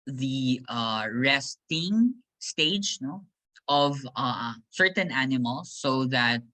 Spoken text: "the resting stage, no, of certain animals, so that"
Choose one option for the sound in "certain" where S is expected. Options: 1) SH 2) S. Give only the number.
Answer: 2